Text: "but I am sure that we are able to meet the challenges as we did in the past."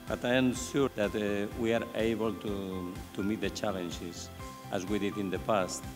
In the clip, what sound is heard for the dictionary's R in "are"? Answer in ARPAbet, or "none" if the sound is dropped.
R